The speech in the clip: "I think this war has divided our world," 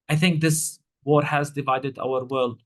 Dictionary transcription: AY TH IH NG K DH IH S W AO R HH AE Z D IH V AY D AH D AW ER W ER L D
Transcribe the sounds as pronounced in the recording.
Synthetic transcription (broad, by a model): AY TH IH NG K DH IH S W AO R HH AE Z D IH V AY D AH D AW ER W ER L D